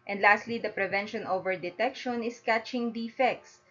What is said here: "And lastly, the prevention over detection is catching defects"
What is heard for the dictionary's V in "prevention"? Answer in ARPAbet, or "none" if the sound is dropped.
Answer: V